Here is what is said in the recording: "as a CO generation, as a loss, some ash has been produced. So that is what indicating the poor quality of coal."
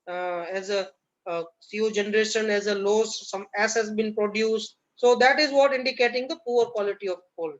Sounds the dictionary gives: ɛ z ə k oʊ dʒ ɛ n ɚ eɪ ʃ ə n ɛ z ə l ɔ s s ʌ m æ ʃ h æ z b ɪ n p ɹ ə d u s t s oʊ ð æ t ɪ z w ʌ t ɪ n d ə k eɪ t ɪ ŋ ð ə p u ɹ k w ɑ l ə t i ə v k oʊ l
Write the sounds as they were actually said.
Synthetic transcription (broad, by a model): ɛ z ə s oʊ dʒ ɛ n ɚ eɪ ʃ ə n ɛ z ə l ɔ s s ʌ m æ s h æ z b ɪ n p ɹ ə d u s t s oʊ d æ t ɪ z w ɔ t ɪ n d ə k eɪ t ɪ ŋ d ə p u ɹ k w ɑ l ə t i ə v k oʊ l